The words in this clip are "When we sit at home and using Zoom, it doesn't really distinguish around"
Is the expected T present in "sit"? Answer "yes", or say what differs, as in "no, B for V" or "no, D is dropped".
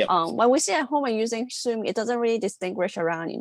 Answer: no, T is dropped